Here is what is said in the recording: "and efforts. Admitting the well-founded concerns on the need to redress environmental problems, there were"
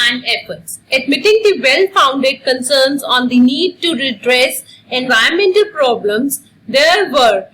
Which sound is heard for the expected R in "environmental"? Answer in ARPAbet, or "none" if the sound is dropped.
none